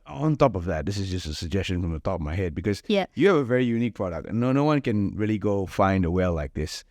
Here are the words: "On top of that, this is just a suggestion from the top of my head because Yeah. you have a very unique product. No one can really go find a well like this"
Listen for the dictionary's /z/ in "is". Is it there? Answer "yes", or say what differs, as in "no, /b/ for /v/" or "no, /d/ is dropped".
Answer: yes